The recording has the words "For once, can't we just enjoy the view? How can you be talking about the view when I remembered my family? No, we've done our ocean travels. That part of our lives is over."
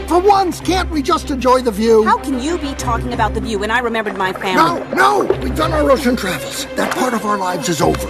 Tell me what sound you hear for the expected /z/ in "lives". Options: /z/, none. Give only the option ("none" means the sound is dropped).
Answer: /z/